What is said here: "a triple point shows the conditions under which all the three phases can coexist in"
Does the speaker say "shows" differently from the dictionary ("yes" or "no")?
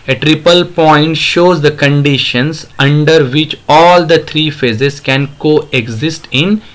no